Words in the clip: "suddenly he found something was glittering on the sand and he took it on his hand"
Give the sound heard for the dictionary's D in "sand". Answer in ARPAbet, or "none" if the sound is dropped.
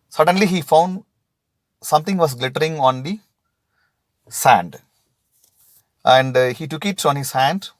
D